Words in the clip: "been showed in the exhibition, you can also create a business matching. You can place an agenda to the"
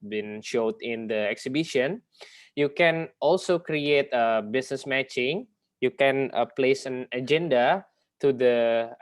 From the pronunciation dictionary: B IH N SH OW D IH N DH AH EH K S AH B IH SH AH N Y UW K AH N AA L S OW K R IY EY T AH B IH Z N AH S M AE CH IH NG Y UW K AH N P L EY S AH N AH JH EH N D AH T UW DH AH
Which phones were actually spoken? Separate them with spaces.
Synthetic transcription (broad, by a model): B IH N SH OW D IH N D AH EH K S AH B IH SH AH N Y UW K AH N AA L S OW K R IY EY T AH B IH S N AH S M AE CH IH NG Y UW K AH N P L EY S AH N AH JH EH N D AH T UW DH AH